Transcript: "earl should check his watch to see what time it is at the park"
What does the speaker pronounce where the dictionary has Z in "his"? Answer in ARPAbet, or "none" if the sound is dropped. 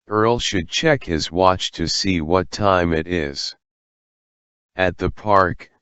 Z